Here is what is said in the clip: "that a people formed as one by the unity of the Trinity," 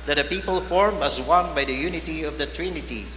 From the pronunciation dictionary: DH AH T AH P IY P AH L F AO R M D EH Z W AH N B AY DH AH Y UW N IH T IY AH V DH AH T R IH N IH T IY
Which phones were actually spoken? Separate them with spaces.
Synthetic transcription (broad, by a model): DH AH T AH P IY P AH L F AO R M EH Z W AH N B AY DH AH Y UW N IH T IY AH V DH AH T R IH N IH T IY